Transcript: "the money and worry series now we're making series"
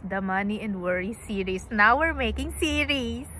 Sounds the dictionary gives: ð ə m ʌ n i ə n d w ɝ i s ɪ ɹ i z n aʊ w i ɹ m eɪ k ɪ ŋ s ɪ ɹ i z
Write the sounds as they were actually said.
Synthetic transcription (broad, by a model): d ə m ʌ n i ə n d w ɝ i s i ɹ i s n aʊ w i ɹ m eɪ k ɪ ŋ s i ɹ i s